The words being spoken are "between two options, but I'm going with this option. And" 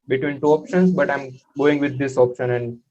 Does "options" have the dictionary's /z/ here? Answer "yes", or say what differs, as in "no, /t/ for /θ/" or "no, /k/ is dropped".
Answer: no, /s/ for /z/